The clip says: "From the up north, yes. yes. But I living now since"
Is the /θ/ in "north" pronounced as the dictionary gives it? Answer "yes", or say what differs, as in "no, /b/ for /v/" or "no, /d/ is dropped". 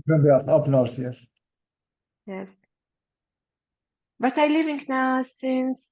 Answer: no, /s/ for /θ/